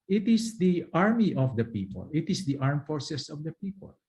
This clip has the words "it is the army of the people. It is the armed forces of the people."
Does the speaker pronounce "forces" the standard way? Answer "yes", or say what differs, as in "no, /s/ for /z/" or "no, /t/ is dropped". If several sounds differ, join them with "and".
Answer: no, /s/ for /z/